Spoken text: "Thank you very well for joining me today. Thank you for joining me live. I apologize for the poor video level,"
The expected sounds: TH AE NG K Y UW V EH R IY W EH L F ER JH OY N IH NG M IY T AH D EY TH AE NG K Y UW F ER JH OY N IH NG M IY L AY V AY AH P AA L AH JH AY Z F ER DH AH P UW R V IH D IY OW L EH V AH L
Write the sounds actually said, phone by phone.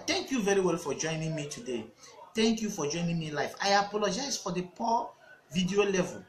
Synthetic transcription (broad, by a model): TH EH NG K Y UW V EH R IY W EH L F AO JH OY N IH NG M IY T AH D EY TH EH NG K Y UW F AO JH OY N IH NG M IY L AY F AY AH P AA L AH JH AY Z F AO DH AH P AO V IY D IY OW L EH V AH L